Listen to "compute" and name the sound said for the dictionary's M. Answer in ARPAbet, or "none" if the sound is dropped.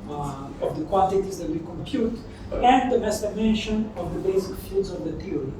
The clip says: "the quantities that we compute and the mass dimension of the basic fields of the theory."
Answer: M